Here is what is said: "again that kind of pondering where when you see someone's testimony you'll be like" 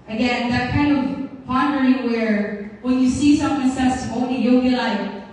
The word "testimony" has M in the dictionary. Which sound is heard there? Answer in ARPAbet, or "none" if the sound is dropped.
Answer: none